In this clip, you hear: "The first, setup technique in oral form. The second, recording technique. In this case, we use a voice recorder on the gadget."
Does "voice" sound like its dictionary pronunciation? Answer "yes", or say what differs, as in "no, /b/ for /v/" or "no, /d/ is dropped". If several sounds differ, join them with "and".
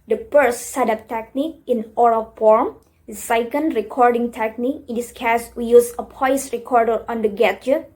no, /p/ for /v/